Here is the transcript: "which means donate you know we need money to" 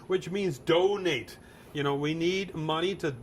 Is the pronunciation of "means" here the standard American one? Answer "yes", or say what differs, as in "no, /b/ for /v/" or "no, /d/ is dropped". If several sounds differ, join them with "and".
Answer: yes